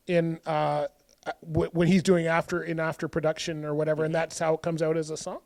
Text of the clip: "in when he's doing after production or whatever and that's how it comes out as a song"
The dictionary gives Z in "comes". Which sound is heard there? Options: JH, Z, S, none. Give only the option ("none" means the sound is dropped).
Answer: Z